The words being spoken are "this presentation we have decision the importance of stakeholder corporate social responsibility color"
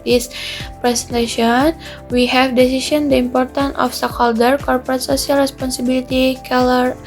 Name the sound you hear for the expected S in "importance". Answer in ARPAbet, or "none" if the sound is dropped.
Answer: none